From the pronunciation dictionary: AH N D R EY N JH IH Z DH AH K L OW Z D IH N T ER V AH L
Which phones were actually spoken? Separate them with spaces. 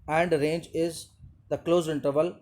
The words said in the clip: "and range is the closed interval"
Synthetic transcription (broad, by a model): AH N D R EY N JH IH Z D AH K L OW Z IH N T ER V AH L